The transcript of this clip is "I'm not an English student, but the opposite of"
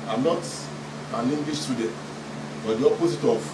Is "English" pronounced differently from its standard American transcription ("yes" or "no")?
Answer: yes